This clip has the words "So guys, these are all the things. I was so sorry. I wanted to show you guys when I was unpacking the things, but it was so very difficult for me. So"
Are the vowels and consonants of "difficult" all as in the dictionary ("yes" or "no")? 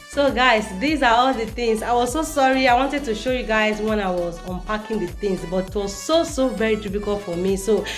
no